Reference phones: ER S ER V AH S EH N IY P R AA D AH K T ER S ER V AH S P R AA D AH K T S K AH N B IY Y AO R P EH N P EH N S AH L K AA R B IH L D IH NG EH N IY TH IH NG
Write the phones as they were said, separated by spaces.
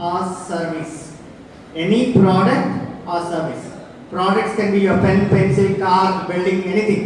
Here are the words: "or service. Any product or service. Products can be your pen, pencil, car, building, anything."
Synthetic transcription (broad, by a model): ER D V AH S EH N IY P R AA D AH K T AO S ER V AH S P R AA D AH K T S K AH N B IY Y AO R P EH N P EH N S AH L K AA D B IH L D IH NG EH N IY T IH NG